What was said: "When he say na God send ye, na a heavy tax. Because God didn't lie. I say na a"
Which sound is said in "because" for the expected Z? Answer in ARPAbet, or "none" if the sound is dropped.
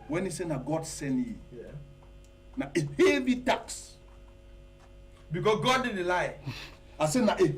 S